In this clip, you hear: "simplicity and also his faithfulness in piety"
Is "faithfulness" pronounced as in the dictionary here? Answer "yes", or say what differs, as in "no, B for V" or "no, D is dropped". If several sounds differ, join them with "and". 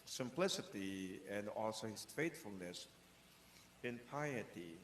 no, T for TH